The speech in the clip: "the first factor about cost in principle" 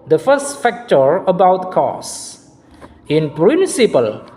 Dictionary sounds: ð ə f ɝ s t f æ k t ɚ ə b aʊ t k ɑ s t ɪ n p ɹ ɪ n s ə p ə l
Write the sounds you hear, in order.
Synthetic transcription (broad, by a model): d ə f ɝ s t f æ k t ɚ ə b aʊ t k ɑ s ɪ n p ɹ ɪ n s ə p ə l